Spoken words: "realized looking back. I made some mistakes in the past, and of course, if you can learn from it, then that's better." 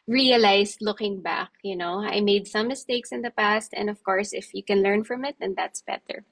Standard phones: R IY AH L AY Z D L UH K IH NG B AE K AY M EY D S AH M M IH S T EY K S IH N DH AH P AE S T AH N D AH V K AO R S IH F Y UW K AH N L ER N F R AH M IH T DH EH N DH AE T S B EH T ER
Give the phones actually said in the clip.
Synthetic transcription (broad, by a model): R IY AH L AY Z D L UH K IH NG B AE K AY M EY D S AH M M IH S T EY K S IH N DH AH P AE S T AH N D AH V K AO R S IH F Y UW K AH N L ER N F R AH M IH T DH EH N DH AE T S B EH T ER